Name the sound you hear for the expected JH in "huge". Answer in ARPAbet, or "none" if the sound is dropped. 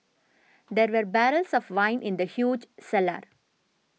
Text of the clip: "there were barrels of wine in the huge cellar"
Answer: JH